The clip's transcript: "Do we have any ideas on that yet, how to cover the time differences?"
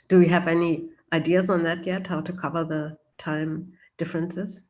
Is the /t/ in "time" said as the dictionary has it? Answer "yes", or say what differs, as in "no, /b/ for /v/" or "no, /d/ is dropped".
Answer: yes